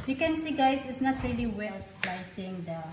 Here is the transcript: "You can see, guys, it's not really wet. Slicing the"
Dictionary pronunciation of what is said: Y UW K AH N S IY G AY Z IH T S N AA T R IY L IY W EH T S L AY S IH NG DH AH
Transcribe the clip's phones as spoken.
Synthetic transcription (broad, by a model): Y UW K AH N S IY G AY S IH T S N AA T R IY L IY W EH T S L AY S IH NG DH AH